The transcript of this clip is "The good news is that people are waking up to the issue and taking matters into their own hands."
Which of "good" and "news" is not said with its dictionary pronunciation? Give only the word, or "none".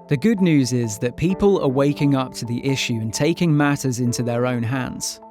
none